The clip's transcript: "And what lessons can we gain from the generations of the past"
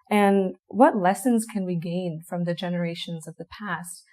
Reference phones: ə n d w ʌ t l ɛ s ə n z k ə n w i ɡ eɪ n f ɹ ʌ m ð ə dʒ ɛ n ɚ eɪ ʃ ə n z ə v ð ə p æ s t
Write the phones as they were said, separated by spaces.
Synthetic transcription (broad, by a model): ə n w ʌ t l ɛ s ə n z k ə n w i ɡ eɪ n f ɹ ʌ m ð ə dʒ ɛ n ɚ eɪ ʃ ə n z ə v ð ə p æ s t